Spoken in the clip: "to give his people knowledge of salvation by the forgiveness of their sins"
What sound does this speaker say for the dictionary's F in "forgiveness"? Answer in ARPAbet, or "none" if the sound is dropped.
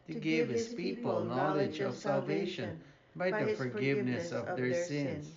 F